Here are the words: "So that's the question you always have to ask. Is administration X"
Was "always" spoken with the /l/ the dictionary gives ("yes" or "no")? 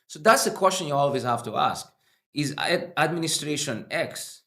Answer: yes